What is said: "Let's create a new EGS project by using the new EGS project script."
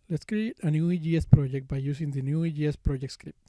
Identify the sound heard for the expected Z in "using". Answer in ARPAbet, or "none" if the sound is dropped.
S